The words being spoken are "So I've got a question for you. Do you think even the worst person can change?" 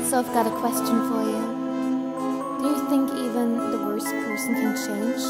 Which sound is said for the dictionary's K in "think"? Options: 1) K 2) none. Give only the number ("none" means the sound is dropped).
1